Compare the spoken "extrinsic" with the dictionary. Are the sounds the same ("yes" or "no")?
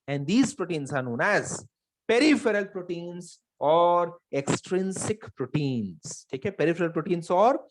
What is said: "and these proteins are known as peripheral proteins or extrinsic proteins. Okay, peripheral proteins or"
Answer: yes